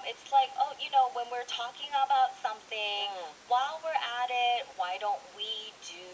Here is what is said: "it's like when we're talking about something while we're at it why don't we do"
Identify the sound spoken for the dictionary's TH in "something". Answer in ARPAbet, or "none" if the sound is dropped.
TH